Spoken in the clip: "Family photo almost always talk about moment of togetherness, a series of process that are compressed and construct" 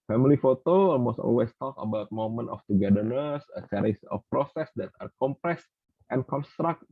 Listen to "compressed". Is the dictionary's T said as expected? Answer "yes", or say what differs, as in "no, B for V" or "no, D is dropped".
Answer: yes